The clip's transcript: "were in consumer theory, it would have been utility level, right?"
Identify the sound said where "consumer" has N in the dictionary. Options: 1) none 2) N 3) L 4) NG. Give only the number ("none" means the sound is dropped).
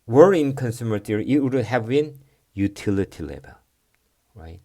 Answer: 2